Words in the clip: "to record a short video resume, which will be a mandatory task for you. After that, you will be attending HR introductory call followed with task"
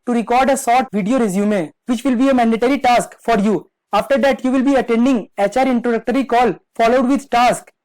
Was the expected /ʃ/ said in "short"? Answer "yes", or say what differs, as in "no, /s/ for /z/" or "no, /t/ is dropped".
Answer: no, /s/ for /ʃ/